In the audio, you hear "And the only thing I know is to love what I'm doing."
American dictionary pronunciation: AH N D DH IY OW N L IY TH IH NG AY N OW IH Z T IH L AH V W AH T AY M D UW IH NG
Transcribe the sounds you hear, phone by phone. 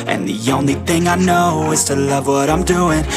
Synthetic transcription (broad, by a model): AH N DH IY OW N L IY TH IH NG AY N OW IH Z T IH L AH V W AH T AY M D UW IH NG